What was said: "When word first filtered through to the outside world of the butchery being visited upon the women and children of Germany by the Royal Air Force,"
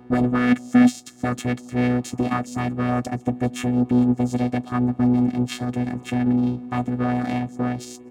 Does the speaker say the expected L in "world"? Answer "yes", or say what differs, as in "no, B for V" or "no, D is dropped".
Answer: yes